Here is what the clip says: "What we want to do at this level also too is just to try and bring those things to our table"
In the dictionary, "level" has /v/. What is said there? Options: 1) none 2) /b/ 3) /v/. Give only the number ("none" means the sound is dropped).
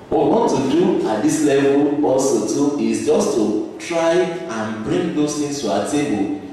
3